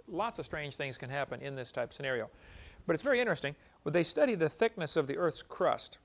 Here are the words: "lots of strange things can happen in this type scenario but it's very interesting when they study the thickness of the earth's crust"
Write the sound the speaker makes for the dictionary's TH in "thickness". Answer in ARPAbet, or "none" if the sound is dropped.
TH